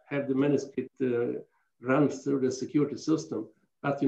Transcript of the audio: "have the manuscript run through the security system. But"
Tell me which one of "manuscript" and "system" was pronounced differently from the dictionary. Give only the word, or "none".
manuscript